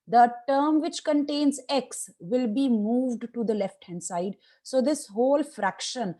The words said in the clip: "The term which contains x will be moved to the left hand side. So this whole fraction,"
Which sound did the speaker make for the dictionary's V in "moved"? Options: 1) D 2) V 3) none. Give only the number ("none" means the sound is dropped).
2